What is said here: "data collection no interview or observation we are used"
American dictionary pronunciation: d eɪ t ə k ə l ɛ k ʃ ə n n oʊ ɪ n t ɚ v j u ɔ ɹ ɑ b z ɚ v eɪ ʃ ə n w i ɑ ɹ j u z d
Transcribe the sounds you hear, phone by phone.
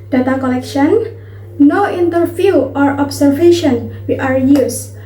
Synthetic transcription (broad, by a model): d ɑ t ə k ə l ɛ k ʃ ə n n oʊ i n t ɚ f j u ɔ ɹ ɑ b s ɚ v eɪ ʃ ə n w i ɑ ɹ j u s